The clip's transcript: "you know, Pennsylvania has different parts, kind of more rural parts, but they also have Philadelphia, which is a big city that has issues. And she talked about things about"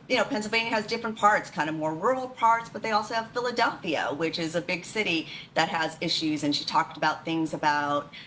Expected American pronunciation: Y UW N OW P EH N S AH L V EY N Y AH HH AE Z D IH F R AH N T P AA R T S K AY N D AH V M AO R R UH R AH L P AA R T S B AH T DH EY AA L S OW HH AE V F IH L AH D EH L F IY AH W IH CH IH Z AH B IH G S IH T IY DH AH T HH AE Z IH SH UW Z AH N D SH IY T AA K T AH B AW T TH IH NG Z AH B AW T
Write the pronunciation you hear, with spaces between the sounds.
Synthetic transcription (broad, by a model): Y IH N OW P EH N S L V EY N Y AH Z D IH F R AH N P AA R T S K AY N D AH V M AO R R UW R L P AA R T S B AH T DH EY AA L S OW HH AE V F IH L AH D EH L F IY AH W IH CH IH Z AH B IH G S IH T IY DH AH T HH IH Z IH SH UW Z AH N SH IY T AA K T AH B AW T TH IH NG Z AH B AW T